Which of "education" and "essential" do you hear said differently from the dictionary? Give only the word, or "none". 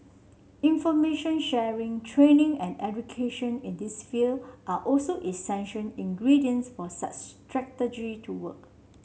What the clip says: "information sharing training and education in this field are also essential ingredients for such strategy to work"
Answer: essential